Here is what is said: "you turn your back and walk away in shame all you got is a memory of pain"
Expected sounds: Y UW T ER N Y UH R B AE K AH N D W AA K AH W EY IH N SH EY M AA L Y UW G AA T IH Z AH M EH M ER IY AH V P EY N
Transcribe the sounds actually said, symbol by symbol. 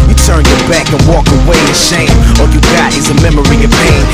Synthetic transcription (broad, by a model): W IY T ER N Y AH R B AE K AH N W AA K AH W EY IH SH EY M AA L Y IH G AA T IH Z AH M EH M ER IY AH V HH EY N